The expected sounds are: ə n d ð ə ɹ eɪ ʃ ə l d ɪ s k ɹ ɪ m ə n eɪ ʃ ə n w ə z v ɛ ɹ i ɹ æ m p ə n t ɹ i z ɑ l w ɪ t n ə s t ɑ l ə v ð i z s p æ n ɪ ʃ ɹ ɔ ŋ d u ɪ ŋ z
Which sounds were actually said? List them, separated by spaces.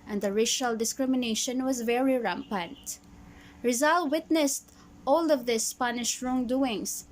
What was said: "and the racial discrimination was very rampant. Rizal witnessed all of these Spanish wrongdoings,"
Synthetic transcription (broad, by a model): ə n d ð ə ɹ eɪ ʃ ə l d ɪ s k ɹ ɪ m ə n eɪ ʃ ə n w ə z v ɛ ɹ i ɹ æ m p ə n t ɹ i z ɑ l w ɪ t n ə s t ɑ l ə v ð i s p æ n ɪ ʃ ɹ ɔ ŋ d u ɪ ŋ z